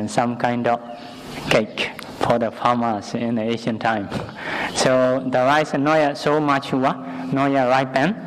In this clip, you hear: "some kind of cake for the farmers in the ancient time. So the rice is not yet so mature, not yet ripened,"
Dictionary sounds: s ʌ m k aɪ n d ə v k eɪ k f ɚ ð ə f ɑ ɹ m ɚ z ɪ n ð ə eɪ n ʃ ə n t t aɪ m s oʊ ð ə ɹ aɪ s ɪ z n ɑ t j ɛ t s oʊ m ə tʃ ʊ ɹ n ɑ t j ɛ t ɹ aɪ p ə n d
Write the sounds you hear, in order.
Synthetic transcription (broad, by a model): s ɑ m k aɪ n d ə f k eɪ k f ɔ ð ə f ɑ m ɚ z ɪ n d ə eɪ ʃ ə n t t aɪ m s oʊ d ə ɹ aɪ s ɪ n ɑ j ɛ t s oʊ m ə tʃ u w n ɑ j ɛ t ɹ aɪ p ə n